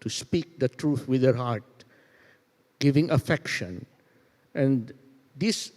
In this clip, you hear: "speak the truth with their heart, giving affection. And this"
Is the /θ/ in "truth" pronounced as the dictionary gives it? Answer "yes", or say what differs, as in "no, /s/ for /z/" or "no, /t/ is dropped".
no, /t/ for /θ/